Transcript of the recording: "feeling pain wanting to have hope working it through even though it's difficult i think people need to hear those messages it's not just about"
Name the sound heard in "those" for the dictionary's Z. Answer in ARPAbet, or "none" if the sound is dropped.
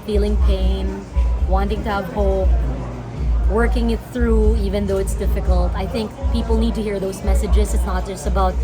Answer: Z